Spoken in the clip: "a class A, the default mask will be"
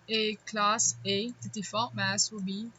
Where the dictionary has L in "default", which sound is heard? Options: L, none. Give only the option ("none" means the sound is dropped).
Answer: none